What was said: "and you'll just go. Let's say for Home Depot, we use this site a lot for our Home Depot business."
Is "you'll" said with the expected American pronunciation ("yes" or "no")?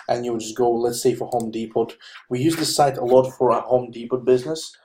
no